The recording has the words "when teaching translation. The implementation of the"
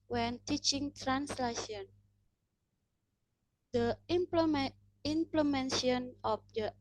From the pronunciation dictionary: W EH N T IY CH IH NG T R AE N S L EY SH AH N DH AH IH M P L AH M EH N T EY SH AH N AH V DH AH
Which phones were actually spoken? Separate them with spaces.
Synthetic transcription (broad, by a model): W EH N T IY CH IH NG T R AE N S L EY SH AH N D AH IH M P L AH M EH N S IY AH N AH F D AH